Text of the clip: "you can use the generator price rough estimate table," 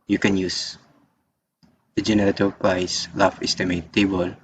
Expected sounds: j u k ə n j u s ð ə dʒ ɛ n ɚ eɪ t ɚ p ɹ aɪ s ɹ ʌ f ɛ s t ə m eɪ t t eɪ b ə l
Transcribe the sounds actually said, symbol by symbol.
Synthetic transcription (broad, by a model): j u k ə n j u s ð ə dʒ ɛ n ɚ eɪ t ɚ p ɹ aɪ s l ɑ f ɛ s t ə m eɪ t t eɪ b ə l